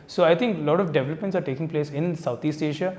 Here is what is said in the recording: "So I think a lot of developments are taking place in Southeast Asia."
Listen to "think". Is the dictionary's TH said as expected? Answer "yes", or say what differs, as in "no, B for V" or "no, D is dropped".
no, T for TH